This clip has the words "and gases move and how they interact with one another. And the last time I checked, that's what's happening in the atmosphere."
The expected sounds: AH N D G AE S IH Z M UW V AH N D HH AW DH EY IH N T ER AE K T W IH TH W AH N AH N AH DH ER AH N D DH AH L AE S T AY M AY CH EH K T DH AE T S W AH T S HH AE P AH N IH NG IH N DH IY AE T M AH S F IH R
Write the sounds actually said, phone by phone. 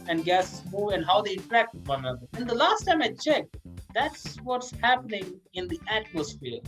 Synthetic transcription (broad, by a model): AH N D G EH S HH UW AH N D HH AW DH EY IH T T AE K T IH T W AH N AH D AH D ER AH N D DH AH L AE S T AY M AY CH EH K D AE T S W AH T S HH AE P AH N IH NG IH N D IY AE T M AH S F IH R